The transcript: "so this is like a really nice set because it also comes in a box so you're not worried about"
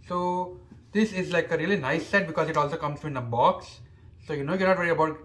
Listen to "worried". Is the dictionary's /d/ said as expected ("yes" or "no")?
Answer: no